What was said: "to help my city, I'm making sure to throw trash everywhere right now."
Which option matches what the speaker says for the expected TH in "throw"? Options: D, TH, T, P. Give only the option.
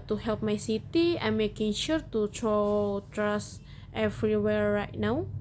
T